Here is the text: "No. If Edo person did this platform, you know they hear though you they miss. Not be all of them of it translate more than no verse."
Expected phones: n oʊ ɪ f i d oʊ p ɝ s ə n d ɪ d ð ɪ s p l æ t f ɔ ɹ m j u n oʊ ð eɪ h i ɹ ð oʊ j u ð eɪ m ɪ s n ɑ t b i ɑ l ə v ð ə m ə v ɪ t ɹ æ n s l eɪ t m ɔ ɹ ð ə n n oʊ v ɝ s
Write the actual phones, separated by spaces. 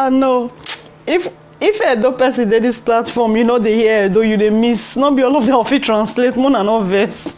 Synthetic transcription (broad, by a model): n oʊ ɪ f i d oʊ p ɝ s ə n d ɪ d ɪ s p l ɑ t f ɔ m j u n oʊ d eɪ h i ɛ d oʊ j u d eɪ m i s n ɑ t b i ɑ l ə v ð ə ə f ɪ t ɹ æ n s l eɪ t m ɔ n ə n n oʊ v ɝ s